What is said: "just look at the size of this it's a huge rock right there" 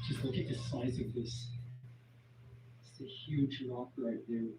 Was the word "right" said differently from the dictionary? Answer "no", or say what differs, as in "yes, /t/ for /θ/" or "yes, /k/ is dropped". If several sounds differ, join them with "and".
yes, /l/ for /ɹ/